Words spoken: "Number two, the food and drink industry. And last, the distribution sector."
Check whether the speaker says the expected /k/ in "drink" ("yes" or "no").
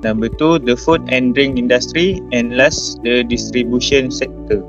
no